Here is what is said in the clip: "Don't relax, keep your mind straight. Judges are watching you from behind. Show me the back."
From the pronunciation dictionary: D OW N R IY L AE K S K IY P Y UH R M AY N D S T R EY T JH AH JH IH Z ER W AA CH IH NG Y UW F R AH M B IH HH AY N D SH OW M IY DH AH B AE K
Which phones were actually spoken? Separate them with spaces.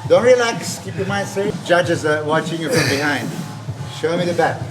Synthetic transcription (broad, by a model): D OW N R IY L AE K S K IY P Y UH M AY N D S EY JH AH JH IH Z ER W AA CH IH NG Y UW F R AH M B IH HH AY N D SH OW M IY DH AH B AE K